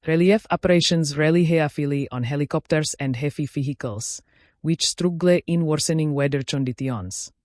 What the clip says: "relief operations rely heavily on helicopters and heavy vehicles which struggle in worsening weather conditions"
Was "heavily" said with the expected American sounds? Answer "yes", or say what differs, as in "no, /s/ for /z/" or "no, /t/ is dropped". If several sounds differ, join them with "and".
no, /f/ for /v/